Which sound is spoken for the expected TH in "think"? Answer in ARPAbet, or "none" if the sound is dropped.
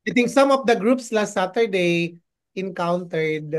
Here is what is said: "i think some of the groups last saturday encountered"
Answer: T